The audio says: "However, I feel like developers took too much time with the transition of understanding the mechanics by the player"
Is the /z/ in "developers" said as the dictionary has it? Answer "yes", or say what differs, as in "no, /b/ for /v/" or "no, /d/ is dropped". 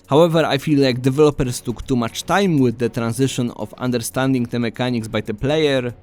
no, /s/ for /z/